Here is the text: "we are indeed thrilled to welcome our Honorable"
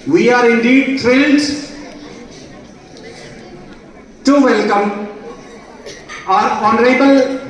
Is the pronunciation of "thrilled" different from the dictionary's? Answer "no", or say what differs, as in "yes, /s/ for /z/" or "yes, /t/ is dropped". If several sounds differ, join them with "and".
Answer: yes, /t/ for /θ/